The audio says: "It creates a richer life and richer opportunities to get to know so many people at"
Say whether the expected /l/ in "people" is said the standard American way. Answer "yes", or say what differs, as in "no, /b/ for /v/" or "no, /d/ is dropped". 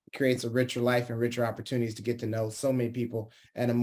no, /n/ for /l/